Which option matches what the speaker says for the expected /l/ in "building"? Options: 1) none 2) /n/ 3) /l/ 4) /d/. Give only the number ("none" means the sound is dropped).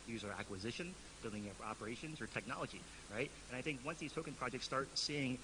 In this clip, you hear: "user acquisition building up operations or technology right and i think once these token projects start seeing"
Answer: 3